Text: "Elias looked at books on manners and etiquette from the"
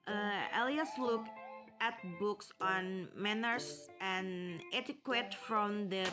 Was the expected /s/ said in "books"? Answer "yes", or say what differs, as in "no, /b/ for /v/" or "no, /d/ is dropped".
yes